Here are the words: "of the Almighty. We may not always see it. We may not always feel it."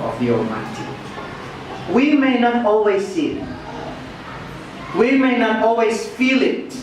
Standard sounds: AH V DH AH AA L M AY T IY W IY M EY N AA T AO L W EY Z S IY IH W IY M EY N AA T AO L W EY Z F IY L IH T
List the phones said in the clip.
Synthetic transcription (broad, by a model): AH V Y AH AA M AY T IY W IY M EY N AA T AO L W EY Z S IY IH W IY M EY N AA T AO L W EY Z F IY L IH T